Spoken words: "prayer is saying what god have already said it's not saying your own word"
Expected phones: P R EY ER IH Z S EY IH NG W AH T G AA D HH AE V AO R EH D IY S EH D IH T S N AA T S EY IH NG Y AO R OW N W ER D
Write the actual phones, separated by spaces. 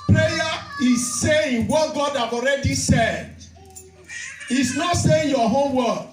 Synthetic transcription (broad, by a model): P R EY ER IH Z S EY IH NG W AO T G AA D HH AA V AO R EH D IY S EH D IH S N AA T S EY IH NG Y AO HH OW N W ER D